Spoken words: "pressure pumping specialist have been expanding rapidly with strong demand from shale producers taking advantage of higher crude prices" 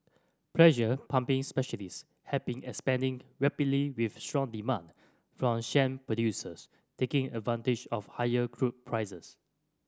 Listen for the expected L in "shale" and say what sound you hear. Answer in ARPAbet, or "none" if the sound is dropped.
N